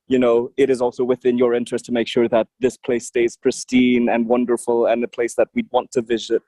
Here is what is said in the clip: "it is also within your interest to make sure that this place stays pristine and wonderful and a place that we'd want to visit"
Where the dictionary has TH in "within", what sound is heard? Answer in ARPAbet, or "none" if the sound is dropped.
TH